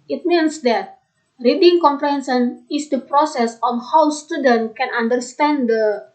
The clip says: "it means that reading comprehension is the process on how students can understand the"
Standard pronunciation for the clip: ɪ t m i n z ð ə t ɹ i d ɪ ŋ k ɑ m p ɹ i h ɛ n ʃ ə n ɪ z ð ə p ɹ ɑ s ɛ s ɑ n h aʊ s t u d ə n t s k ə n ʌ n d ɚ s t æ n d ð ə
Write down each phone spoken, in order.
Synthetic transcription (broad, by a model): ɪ t m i n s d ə t ɹ i d ɪ ŋ k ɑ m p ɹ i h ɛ n s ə n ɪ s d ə p ɹ ɑ s ɛ s ɑ n h aʊ s t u d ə n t k ə n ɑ n d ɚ s t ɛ n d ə